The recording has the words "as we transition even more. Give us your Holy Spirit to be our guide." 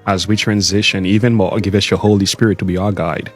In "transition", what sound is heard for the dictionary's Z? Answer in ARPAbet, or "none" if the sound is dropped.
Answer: Z